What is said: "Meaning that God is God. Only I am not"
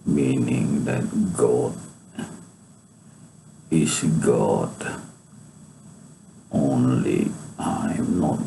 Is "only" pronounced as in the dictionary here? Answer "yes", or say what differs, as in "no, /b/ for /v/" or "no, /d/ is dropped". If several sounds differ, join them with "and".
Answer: yes